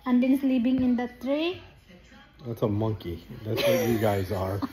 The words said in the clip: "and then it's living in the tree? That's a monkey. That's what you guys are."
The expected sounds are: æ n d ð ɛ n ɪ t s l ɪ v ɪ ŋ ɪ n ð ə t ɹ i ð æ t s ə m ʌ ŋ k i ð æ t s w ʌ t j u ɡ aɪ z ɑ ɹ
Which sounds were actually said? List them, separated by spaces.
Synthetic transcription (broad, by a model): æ n d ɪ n s l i p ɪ ŋ ɪ n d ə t ɹ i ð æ t s ə m ʌ ŋ k i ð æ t s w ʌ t j u ɡ aɪ z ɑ ɹ